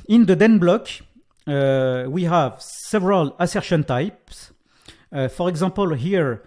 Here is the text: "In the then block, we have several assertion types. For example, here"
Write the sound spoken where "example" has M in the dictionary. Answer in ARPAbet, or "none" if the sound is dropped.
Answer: none